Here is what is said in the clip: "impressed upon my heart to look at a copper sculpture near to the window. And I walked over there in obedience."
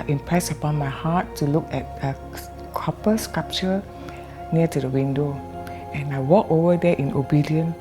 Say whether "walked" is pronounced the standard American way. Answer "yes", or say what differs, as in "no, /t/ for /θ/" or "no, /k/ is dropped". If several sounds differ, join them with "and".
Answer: no, /t/ is dropped